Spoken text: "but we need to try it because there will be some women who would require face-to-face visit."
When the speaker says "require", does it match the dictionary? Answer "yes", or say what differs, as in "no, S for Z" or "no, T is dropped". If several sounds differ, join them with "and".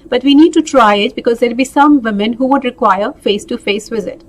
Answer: yes